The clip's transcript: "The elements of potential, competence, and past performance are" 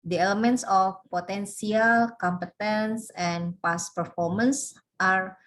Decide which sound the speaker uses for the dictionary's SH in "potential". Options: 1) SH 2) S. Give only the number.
2